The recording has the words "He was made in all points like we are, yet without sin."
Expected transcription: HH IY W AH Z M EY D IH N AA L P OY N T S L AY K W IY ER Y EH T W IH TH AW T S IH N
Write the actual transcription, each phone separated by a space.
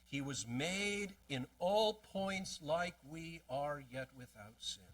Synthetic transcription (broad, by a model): HH IY W AH Z M EY D IH N AA L P OY N T S L AY K W IY ER Y EH T W IH TH AW T S IH N